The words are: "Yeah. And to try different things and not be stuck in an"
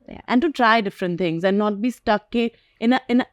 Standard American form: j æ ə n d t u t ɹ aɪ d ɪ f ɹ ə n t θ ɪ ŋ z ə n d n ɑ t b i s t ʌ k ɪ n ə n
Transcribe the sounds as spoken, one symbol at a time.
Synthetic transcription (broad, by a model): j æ ə n d t u t ɹ aɪ d ɪ f ɹ ə n t t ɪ ŋ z ə n d n ɑ t b i s t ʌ k ɪ n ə n